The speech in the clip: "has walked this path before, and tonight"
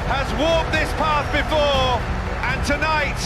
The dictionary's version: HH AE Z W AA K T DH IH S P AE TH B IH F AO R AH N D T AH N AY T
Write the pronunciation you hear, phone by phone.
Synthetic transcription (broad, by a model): HH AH Z W AA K DH IH S P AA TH B IH F AO R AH N T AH N AY T